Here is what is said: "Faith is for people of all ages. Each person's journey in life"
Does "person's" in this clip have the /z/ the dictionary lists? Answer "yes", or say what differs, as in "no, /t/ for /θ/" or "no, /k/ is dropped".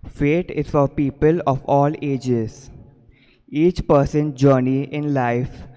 no, /z/ is dropped